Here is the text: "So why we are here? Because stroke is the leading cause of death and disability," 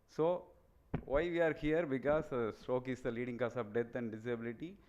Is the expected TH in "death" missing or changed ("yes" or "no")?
yes